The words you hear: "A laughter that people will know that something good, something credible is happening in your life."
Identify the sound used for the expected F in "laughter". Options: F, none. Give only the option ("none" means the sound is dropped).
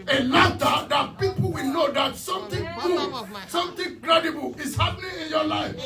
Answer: none